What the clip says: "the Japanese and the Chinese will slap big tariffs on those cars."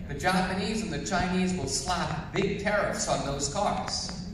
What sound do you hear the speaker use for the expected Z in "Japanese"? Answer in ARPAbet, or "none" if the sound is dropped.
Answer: Z